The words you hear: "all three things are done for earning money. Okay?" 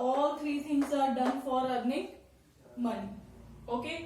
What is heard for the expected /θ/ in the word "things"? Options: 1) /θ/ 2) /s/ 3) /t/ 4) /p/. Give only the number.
2